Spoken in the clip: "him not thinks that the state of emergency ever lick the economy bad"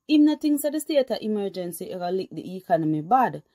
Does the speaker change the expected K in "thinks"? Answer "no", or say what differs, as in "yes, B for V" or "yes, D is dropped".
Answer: yes, K is dropped